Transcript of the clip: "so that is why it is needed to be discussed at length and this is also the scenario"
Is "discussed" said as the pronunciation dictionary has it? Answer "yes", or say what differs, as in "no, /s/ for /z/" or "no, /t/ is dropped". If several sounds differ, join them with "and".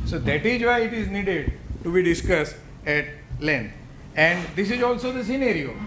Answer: yes